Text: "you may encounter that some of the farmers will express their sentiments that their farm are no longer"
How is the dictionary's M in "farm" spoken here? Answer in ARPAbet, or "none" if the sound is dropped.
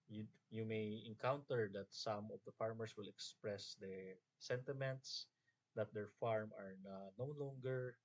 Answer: M